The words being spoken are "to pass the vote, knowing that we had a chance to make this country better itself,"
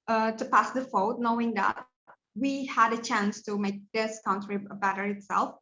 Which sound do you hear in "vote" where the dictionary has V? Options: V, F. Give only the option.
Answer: F